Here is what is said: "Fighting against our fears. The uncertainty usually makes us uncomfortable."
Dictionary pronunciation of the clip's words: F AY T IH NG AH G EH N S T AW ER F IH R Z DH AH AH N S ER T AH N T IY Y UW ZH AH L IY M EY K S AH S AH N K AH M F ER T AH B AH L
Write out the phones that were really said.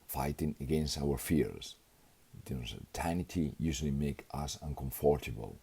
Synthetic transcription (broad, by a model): F AY T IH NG AH G EH N S T AW ER F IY R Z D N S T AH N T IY Y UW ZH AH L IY M EY K AH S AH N K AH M F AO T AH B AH L